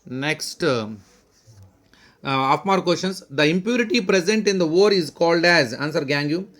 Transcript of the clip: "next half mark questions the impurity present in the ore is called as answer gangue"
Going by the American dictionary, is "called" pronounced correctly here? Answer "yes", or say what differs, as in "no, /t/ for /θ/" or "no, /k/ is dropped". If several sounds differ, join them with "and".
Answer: yes